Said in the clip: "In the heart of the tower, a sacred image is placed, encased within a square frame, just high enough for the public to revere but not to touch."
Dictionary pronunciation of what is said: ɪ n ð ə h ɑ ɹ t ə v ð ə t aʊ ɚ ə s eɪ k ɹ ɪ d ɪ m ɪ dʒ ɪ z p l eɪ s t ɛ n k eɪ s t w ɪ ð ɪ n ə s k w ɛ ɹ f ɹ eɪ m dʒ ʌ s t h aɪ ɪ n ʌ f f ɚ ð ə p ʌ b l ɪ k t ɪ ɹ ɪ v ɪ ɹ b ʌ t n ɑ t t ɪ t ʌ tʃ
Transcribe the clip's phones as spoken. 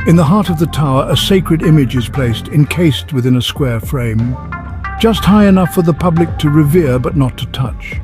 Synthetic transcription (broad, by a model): ɪ n ð ə h ɑ ɹ t ə v ð ə t aʊ ɚ ə s eɪ k ɹ ɪ d ɪ m ɪ dʒ ɪ z p l eɪ s t ɛ n k eɪ s t w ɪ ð ɪ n ə s k w ɛ ɹ f ɹ eɪ m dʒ ʌ s t h aɪ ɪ n ʌ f f ɚ ð ə p ʌ b l ɪ k t ɪ ɹ ɪ v ɪ ɹ b ʌ t n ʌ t t ɪ t ʌ tʃ